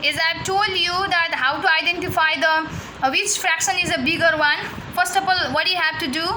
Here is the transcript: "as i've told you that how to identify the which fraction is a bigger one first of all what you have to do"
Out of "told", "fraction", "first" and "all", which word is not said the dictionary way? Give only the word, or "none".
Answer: none